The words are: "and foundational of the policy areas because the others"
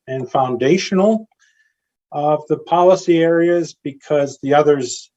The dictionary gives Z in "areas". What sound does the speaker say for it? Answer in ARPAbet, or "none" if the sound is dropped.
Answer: Z